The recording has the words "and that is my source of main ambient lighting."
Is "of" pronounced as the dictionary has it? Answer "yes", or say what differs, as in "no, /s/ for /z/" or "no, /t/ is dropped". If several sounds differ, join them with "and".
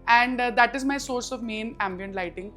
yes